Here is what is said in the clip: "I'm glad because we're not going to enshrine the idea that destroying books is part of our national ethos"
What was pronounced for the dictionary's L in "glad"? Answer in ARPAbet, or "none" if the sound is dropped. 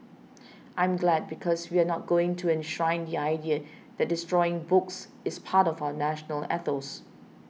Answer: L